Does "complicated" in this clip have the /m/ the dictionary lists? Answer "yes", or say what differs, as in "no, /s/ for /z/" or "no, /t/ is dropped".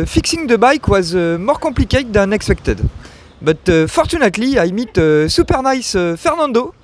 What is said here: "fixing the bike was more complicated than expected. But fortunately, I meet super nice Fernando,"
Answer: no, /m/ is dropped